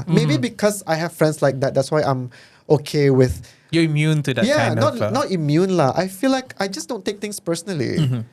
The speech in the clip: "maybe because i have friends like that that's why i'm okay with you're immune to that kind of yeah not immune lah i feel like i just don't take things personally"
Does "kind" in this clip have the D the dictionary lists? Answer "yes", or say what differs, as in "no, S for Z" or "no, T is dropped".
no, D is dropped